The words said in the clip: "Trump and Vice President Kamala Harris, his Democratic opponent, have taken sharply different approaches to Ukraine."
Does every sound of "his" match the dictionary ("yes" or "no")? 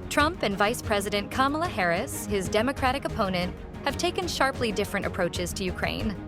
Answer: yes